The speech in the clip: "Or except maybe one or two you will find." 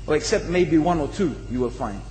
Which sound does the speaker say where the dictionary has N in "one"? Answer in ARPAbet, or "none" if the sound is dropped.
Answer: N